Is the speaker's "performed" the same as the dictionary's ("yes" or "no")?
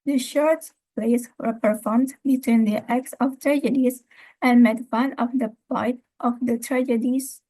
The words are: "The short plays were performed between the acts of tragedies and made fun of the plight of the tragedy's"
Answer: yes